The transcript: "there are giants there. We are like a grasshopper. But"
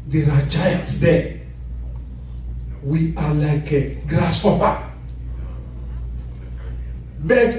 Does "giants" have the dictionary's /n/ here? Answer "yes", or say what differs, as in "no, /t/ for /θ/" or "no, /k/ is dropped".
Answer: no, /n/ is dropped